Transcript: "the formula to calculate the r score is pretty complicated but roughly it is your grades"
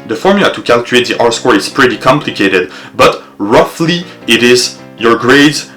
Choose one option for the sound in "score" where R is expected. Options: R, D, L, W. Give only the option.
R